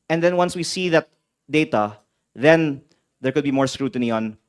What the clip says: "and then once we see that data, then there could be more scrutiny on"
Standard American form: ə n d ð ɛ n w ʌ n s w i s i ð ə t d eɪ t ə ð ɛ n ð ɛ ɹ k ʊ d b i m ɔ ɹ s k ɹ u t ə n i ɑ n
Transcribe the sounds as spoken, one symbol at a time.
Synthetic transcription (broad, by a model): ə n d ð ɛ n w ʌ n s w i s i ð ə t d eɪ t ə ð ɛ n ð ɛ ɹ k ʊ d b i m ɔ ɹ s k ɹ u t ə n i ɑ n